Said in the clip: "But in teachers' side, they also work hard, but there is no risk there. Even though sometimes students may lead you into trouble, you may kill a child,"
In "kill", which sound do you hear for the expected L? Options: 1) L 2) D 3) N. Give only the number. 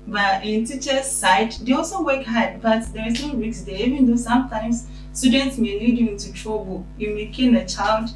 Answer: 3